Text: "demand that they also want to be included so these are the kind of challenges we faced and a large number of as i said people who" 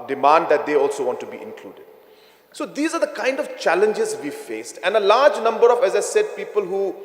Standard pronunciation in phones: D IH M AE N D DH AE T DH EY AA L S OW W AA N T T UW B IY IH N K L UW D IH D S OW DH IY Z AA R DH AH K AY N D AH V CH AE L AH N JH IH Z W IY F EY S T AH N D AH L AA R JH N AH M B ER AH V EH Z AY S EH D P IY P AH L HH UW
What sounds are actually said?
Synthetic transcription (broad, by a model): D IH M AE N D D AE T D EY AA L S OW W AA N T T UW B IY IH N K L UW D IH D S OW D IY Z AA R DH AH K AY N D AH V CH AE L AH N JH IH Z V IY F EY S T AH N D AH L AA R JH N AH M B ER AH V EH Z AY S EH D P IY P AH L HH UW